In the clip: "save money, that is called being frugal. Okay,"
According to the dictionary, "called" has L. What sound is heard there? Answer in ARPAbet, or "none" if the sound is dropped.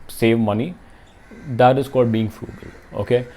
none